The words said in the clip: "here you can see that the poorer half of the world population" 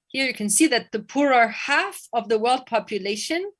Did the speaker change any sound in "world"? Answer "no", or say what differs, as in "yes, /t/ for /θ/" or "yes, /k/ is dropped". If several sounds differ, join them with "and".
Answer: no